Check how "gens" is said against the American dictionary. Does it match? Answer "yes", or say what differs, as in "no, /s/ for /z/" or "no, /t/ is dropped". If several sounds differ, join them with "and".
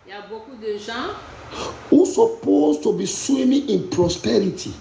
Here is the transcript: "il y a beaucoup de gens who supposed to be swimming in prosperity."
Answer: no, /ʒ/ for /dʒ/